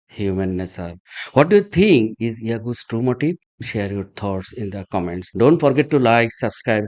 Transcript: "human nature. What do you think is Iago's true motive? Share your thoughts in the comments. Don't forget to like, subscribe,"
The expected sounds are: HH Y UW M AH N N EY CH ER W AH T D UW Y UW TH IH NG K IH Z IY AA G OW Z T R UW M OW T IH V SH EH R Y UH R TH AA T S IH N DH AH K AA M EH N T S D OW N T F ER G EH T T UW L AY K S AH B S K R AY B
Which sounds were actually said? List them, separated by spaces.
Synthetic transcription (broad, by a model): HH Y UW M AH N N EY S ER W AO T D UW Y UW T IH NG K IH Z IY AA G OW S T R UW M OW T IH SH EH R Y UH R T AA T S IH N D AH K AA M EH N T S D OW N T F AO G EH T T UW L AY K S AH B S K R AY B